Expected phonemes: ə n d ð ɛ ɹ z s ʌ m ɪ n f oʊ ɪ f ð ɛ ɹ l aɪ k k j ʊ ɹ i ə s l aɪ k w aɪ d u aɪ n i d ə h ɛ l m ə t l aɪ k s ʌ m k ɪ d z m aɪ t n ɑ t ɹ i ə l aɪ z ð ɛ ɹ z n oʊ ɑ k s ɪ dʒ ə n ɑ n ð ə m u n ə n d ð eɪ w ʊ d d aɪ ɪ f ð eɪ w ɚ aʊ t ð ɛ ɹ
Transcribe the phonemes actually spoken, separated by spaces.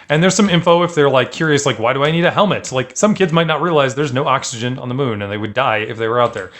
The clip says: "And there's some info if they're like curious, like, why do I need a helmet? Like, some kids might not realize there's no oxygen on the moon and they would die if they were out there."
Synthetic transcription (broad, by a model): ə n ð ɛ ɹ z s ʌ m ɪ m f oʊ ɪ f ð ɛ ɹ l aɪ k k j ʊ ɹ i ə s l aɪ k w aɪ d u aɪ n i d ə h ɛ l m ə t l aɪ k s ʌ m k ɪ d z m aɪ t n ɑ t ɹ i ə l aɪ z ð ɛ ɹ z n oʊ ɑ k s ɪ dʒ ə n n ð ə m u n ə n ð eɪ w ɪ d d aɪ ɪ f ð eɪ w ɚ aʊ t ð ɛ ɹ